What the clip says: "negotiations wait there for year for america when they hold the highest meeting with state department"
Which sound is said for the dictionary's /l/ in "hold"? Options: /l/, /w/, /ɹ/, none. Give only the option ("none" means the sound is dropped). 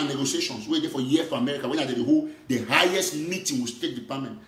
none